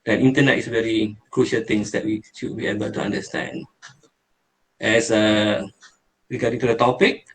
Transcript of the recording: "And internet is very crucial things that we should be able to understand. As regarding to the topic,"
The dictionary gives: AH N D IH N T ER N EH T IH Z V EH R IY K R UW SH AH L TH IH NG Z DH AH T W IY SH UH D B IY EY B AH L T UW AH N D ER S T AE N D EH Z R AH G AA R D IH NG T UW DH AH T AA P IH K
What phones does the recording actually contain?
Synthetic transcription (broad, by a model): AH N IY N T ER N EH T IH S V EH R IY K R UW SH AH L T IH NG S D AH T W IY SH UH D B IY EY B AH L T UW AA N D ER S T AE N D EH S R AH G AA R D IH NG T UW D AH T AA P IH K